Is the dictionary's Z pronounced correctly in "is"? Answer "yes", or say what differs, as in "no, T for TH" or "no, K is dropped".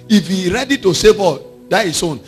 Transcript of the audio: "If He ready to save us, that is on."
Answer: no, S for Z